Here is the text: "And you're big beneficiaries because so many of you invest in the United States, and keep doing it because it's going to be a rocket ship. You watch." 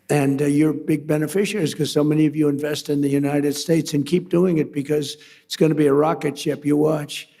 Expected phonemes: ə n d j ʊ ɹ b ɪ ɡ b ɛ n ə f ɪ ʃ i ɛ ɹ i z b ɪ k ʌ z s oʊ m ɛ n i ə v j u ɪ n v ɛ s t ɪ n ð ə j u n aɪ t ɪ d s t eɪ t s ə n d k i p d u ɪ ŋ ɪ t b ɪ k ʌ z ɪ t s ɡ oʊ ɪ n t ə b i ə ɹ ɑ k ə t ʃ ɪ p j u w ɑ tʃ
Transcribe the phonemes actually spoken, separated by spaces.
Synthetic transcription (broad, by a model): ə n j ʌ ɹ b ɪ ɡ b ɛ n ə f ɪ ʃ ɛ ɹ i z k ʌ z s oʊ m ɛ n i ə v j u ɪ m v ɛ s t ɪ n ð ə j u n aɪ t ɪ d s t eɪ t s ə n k i p d u ɪ ŋ ɪ t b ɪ k ʌ z ɪ t s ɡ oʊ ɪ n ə b i ə ɹ ɑ k ə t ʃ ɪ p j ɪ w ɑ tʃ